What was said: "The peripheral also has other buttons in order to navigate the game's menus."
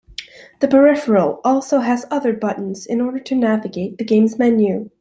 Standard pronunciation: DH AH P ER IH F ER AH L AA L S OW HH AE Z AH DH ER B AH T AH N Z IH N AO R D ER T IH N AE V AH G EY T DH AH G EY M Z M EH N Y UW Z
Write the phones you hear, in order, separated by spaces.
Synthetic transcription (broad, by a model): DH AH P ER IH F ER L AA L S OW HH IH Z AH DH ER B AH T N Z IH N AO R D ER T IH N AE V AH G EY T DH AH G EY M Z M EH N Y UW